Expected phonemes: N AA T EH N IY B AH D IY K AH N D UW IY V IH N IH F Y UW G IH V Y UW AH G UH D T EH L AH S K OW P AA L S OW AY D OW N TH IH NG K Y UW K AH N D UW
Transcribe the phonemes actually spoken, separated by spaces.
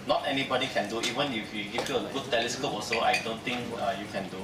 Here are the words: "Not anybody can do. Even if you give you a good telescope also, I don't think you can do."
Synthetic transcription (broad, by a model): N AA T EH N IY B AH D IY K AH N D UW IY V IH N IH F Y UW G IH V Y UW AH G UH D T EH L AH S K OW P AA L S OW AY D OW N T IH NG K Y UW K AH N D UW